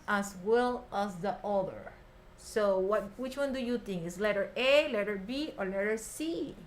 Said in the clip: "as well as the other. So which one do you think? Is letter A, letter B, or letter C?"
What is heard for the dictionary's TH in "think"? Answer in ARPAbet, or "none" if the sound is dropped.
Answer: T